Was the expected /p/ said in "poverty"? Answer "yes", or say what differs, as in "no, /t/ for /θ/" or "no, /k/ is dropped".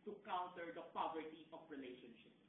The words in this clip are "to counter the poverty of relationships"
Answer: yes